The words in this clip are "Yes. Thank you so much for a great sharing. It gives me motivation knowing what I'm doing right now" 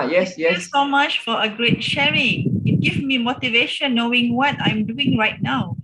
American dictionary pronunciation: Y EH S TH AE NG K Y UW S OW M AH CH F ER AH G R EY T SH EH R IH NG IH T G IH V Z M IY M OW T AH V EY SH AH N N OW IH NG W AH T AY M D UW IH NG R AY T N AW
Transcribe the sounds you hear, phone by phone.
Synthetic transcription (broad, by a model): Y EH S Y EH S OW M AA CH F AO AH G R EY T SH EH R IH NG IH T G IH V M IY M OW T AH V EY SH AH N N OW IH NG W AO T AY M D UW IH NG R AY T N AW